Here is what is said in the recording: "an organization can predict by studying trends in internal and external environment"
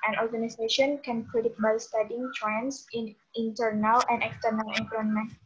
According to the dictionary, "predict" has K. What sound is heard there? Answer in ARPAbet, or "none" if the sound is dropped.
none